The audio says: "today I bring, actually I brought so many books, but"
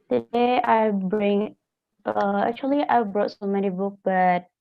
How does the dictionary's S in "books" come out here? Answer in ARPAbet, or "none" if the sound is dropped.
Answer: none